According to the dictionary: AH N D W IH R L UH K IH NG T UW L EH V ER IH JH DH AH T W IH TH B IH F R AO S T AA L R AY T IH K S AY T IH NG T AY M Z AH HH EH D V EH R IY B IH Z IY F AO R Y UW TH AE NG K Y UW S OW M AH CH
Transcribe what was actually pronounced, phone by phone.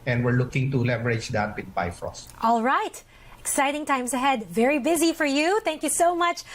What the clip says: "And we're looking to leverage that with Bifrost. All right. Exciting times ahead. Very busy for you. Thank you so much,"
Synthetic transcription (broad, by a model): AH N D W IH R L UH K IH NG T UW L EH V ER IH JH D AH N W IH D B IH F R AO S T AA L R AY T IH K S AY T IH NG T AY M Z AH HH EH D V EH R IY B IH Z IY F AO R Y UW TH AE NG K Y UW S OW M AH CH